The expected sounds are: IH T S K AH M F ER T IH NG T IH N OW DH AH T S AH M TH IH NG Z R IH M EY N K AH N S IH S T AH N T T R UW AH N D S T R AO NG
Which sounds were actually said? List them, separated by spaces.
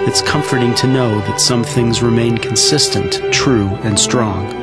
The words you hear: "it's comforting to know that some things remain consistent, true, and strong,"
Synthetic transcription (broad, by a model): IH T S K AH M F ER T IH NG T IH N OW DH AH T S AH M TH IH NG Z R IH M EY N K N S IH S T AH N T T R UW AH N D S T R AO NG